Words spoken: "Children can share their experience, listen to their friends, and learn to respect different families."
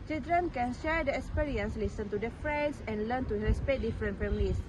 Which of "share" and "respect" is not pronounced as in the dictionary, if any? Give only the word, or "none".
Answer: respect